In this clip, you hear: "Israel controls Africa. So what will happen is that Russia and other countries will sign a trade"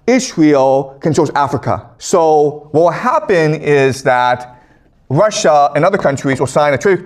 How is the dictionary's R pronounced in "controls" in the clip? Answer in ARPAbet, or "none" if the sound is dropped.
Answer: none